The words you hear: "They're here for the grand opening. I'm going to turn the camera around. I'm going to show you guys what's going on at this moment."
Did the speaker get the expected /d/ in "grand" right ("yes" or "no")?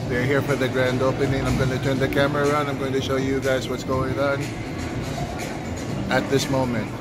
yes